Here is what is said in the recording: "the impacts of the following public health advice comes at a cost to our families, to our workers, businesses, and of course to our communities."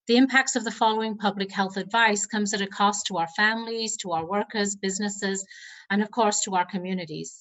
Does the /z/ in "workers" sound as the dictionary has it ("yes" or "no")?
yes